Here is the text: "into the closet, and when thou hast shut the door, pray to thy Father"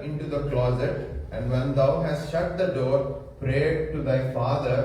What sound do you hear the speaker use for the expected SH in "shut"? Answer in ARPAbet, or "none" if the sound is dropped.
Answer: SH